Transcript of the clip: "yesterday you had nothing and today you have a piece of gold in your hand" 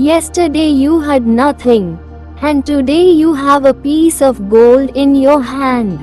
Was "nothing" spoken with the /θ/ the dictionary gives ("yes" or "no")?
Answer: no